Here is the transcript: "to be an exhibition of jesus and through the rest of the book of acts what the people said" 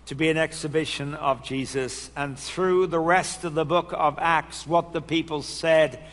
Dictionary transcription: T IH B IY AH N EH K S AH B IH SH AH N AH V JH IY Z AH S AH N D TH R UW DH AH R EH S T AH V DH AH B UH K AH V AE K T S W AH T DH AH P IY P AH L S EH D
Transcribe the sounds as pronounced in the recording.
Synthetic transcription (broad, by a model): T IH B IY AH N EH K S AH B IH SH AH N AH V JH IY Z AH S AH N TH R UW DH AH R EH S T AH V DH AH B UH K AH V AE K T S W AH T DH AH P IY P AH L S EH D